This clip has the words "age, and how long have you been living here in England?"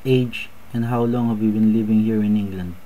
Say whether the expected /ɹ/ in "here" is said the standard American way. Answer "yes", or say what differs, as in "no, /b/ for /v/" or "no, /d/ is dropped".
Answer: yes